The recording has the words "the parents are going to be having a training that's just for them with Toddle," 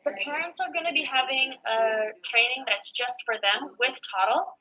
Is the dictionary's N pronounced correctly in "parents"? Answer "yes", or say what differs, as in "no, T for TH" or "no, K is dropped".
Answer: yes